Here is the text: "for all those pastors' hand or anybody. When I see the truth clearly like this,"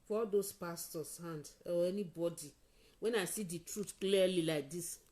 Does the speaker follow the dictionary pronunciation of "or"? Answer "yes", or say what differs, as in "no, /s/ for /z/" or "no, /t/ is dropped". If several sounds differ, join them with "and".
no, /w/ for /ɹ/